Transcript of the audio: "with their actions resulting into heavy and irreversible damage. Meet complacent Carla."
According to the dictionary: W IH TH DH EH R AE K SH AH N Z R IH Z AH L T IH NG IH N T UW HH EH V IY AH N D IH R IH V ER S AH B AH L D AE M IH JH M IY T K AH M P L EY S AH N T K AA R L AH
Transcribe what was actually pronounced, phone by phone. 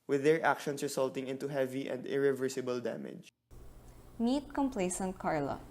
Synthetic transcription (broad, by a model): W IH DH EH R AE K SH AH N S R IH S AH L T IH NG IH N T UW HH EH V IY AH N D IH R IH V ER S AH B AH L D AE M IH JH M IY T K AH M P L EY S AH N T K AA R L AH